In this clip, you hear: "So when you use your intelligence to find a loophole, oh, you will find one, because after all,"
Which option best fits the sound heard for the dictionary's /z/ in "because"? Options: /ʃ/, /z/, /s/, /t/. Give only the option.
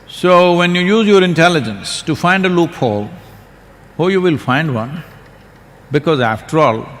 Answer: /z/